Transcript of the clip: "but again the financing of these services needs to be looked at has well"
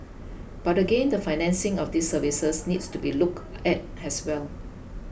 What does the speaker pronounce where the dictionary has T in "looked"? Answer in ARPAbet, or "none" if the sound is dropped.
none